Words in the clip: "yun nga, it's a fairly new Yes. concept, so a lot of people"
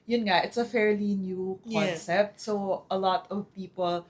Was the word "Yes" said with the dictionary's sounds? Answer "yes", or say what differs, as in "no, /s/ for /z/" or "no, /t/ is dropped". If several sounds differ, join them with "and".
no, /s/ is dropped